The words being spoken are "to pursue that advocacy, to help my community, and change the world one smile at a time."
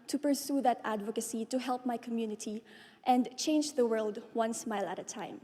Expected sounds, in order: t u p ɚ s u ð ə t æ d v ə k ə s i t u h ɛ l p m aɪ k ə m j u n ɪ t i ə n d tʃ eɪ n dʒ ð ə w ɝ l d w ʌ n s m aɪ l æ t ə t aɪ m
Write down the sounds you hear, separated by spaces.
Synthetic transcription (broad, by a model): t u p ɚ s u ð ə t æ d v ə k ə s i t u h ɛ l p m aɪ k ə m j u n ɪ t i ə n d tʃ eɪ n dʒ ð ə w ɝ l d w ʌ n s m aɪ l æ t ə t aɪ m